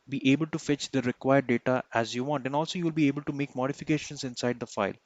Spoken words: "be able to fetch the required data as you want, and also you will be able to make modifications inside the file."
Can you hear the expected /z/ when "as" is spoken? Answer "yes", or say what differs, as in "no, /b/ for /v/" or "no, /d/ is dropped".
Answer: yes